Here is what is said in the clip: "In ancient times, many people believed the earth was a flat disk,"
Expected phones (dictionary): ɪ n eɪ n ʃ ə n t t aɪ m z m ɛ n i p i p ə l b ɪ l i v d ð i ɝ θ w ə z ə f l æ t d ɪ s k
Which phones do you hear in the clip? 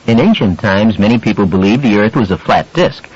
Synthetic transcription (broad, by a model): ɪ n eɪ n ʃ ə n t t aɪ m z m ɛ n i p i p l b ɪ l i v ð i ɝ θ w ə z ə f l æ t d ɪ s k